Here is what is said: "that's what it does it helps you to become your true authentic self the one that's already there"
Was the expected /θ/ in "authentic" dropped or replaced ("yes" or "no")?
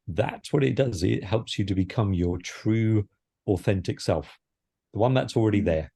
no